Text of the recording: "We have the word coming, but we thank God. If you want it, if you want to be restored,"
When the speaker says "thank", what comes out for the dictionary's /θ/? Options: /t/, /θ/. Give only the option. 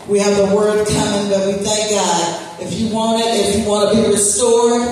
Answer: /θ/